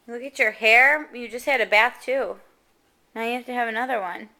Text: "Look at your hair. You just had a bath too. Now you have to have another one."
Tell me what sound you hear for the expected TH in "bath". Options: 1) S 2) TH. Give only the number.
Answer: 2